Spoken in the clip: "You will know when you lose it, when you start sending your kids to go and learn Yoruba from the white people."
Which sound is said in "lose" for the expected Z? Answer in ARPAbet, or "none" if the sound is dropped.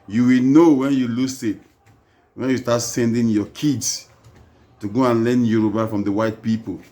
S